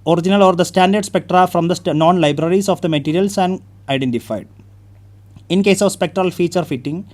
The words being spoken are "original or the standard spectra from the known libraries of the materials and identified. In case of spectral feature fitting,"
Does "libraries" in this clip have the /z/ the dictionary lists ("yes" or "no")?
no